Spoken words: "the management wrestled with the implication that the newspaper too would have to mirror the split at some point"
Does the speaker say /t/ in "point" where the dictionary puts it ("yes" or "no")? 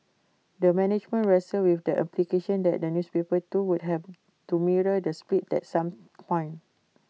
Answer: no